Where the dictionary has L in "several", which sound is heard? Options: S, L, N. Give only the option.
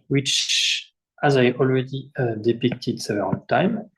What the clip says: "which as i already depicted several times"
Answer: N